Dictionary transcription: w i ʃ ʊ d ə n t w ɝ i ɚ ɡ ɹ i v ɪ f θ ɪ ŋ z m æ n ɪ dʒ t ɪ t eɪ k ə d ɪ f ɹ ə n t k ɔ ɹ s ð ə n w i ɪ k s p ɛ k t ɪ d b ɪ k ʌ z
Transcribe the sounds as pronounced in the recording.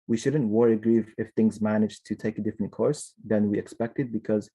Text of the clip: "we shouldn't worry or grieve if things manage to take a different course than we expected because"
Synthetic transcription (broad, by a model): w i ʃ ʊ d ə n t w ɝ i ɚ ɡ ɹ i v ɪ f θ ɪ ŋ z m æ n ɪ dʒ t ɪ t eɪ k ə d ɪ f ɹ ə n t k ɔ ɹ s ð ə n w i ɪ k s p ɛ k t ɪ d b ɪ k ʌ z